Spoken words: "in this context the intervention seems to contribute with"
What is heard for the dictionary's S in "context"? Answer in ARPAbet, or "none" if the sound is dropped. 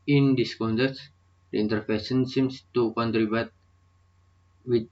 none